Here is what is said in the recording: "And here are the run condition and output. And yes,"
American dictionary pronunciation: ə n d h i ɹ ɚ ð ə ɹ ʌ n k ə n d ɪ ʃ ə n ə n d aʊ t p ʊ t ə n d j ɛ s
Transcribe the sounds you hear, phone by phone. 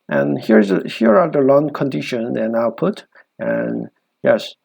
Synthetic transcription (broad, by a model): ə n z h i ɹ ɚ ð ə l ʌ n k ə n d ɪ ʃ ə n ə n aʊ t p ʊ t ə n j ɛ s